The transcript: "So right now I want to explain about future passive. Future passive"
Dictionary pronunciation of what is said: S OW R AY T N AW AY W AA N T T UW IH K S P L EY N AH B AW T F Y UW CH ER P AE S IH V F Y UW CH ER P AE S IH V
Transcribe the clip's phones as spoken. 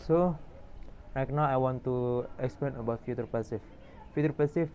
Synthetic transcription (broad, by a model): S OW L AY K N AW AY W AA N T T UW IH K S P L EY N AH B AW T F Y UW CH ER P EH S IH F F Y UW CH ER P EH S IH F